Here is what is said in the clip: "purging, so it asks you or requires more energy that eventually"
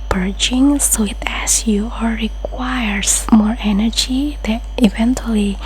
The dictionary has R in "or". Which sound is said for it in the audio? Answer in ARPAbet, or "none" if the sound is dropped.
L